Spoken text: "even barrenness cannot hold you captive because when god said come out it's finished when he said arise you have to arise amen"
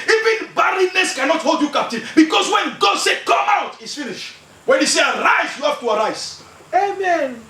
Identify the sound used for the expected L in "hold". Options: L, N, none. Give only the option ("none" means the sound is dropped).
L